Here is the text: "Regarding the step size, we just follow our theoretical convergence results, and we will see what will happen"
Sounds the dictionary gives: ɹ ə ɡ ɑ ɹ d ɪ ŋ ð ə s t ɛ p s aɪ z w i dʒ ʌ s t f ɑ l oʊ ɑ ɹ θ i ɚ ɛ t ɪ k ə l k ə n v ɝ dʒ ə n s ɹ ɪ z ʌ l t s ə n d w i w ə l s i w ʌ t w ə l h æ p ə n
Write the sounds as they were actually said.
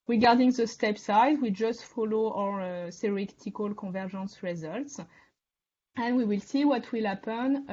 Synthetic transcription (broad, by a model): ɹ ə ɡ ɑ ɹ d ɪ ŋ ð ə s t ɛ p s aɪ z w i dʒ ʌ s t f ɑ l oʊ ɑ ɹ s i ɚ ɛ t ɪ k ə l k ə v ɝ ʒ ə n s ɹ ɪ z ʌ l t s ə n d w i w ə l s i w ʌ t w ə l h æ p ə n